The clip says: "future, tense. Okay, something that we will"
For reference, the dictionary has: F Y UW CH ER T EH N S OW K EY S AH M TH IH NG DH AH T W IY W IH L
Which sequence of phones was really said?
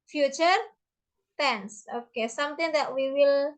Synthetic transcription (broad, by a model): F Y UW CH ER T EH N S OW K EY S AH M T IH NG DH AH T W IY W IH L